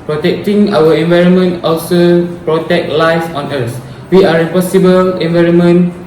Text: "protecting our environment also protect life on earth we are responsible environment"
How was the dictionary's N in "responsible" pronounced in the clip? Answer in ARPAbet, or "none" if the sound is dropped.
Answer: none